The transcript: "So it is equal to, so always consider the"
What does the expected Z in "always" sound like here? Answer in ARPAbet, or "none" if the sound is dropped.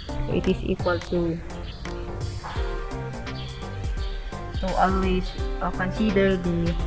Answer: S